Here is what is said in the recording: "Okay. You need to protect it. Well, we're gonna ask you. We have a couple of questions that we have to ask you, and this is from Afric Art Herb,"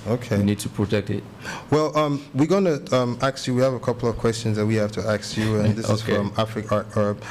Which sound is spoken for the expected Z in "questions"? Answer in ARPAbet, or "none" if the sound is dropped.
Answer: Z